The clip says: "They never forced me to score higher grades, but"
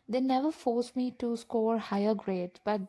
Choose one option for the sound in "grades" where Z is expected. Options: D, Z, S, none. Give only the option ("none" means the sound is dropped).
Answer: none